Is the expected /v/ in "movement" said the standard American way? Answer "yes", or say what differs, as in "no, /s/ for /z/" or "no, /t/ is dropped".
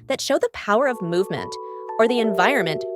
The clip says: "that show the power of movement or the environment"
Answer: yes